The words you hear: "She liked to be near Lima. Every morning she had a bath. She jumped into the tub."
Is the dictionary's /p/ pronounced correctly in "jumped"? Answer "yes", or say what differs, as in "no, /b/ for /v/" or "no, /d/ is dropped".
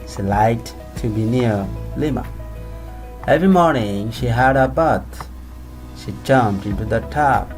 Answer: no, /p/ is dropped